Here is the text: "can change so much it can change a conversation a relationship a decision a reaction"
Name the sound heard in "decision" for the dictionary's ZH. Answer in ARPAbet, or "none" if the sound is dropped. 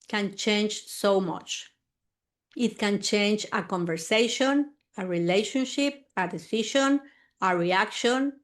SH